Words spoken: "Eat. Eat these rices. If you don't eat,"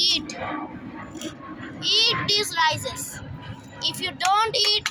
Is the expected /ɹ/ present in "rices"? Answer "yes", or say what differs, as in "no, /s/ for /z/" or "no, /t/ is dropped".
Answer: no, /l/ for /ɹ/